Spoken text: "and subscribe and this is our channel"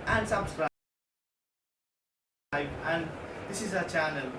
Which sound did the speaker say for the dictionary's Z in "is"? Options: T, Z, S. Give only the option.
Z